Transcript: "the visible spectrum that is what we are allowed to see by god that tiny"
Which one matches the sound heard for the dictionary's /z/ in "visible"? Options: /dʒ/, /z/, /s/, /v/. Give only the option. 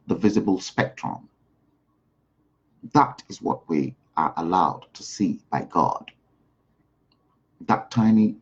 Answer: /z/